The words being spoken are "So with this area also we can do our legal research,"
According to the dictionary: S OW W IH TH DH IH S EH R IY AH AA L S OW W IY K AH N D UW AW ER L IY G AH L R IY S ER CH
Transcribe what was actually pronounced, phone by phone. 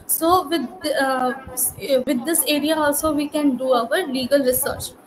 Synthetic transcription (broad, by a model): S OW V IH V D IH S EH R IY AH AA L S OW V IY K AH N D UW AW ER L IY G AH L R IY S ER CH